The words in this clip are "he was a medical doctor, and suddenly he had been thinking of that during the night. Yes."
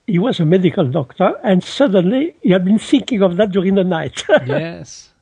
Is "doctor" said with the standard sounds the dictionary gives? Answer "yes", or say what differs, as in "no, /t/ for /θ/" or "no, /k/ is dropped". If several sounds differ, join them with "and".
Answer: yes